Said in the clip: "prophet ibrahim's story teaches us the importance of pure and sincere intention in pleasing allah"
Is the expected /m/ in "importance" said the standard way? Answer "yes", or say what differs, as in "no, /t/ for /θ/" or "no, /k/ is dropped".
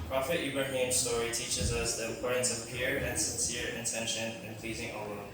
no, /m/ is dropped